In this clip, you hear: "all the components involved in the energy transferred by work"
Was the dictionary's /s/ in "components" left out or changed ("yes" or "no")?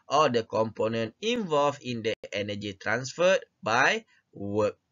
yes